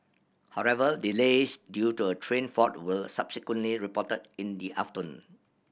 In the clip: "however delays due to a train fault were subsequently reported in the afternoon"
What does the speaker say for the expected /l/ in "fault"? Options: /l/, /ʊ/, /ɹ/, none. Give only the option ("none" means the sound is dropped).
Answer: none